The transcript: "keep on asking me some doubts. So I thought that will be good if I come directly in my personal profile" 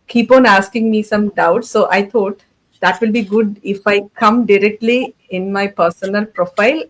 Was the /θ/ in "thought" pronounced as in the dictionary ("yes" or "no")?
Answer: no